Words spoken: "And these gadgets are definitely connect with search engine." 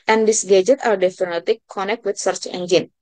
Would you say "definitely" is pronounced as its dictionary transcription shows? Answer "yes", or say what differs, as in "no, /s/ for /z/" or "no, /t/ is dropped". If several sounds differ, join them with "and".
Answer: no, /l/ is dropped